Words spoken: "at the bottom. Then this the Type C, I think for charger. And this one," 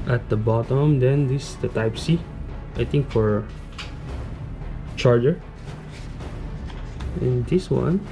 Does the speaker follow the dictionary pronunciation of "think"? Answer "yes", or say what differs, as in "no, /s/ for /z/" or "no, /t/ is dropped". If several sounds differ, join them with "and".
no, /t/ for /θ/